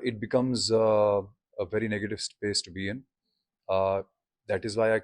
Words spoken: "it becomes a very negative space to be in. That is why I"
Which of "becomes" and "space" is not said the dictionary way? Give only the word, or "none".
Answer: none